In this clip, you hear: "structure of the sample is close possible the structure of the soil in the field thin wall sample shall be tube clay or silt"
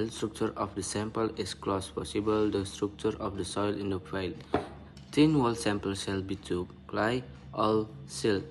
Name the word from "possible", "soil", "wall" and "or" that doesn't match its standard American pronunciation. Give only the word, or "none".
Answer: or